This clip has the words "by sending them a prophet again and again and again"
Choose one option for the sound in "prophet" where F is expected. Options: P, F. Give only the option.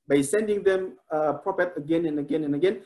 P